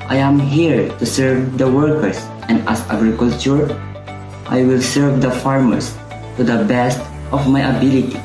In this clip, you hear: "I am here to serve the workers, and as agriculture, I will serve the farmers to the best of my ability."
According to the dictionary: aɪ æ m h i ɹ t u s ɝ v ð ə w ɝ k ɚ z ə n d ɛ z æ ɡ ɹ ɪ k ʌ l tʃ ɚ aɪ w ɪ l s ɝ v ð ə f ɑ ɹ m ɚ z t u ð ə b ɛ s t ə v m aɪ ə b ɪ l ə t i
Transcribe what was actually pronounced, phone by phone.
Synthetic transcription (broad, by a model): aɪ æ m h i ɹ t u s ɝ v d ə w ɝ k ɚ s ə n d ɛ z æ ɡ ɹ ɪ k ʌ l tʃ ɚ aɪ w ɪ l s ɝ v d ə f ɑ ɹ m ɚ s t u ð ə b ɛ s t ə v m aɪ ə b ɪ l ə t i